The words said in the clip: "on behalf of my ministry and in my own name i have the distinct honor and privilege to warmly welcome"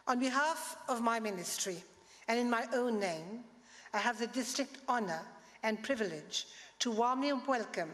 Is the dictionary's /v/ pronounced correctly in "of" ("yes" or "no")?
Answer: yes